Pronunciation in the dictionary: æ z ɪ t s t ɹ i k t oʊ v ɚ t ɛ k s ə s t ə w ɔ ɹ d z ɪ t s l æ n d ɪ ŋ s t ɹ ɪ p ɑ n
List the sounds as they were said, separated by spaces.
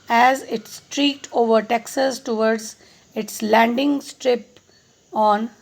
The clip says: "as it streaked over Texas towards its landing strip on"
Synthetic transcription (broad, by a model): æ z ɪ t s t ɹ i k t oʊ v ɚ t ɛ k s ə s t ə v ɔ ɹ d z ɪ t s l æ n d ɪ ŋ s t ɹ ɪ p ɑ n